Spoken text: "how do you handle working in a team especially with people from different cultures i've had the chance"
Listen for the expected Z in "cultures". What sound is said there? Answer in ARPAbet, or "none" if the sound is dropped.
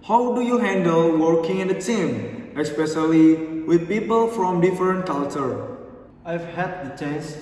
none